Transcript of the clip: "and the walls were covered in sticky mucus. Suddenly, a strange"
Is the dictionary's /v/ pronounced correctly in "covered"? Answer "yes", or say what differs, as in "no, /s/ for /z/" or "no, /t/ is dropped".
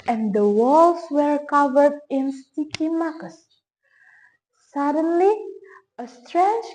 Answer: yes